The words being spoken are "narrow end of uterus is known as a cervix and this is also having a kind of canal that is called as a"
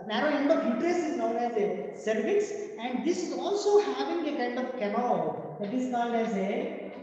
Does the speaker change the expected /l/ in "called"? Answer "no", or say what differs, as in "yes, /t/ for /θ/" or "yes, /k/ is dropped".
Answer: yes, /n/ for /l/